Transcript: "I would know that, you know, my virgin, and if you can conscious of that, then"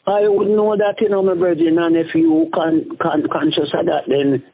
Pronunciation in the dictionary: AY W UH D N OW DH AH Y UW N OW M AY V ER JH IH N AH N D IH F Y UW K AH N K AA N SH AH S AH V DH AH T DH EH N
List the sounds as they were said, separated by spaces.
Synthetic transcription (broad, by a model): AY W UH D N OW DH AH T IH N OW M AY B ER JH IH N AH N IH F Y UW K AH N K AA N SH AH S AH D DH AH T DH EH N